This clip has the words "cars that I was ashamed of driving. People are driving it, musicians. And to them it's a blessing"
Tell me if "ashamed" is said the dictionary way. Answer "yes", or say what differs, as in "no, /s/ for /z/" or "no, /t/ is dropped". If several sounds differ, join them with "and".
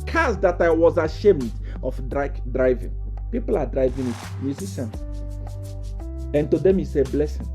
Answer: yes